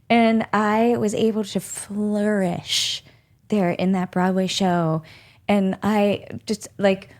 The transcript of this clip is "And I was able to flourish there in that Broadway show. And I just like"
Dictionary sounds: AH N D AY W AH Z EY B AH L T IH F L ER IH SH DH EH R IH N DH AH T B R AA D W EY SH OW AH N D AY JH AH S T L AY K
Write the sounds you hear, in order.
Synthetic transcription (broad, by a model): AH N AY W AH Z EY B L T IH F L ER IH SH DH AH R IH N DH AH T B R AA D W EY SH OW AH N AY JH AH S T L AY K